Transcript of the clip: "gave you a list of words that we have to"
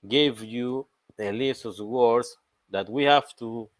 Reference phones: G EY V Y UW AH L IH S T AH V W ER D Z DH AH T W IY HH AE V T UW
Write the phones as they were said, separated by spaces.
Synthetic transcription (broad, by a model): G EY V Y UW AH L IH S AH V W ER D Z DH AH T W IY HH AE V T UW